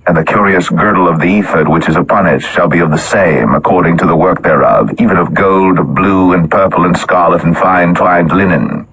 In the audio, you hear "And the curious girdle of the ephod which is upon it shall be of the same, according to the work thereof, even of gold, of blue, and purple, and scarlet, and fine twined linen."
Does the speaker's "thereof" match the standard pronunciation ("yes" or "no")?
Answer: yes